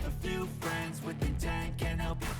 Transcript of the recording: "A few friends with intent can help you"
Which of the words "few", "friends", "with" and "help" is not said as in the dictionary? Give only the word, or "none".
none